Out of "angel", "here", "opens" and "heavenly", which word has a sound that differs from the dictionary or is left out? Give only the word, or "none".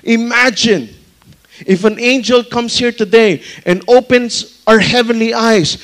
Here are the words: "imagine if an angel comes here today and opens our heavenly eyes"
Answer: opens